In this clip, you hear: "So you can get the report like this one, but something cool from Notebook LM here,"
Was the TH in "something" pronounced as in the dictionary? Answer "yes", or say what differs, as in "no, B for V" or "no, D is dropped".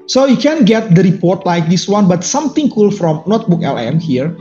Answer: no, T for TH